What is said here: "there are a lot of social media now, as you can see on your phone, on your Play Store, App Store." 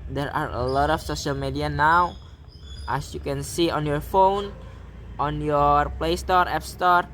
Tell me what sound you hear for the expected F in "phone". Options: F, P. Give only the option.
F